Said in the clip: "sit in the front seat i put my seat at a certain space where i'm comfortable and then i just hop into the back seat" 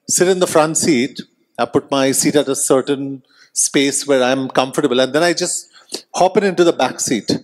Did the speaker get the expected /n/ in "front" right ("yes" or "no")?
yes